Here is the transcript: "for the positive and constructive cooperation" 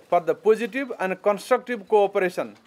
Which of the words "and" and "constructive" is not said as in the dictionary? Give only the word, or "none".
constructive